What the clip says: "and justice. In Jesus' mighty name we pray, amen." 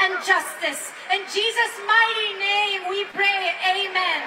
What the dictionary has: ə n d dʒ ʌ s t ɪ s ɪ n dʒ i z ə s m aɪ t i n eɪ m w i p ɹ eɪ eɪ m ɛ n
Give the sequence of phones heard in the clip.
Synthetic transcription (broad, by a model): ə n dʒ ʌ s t ɪ s ɪ n dʒ i z ə s m aɪ t i n eɪ m w i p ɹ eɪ eɪ m ɛ n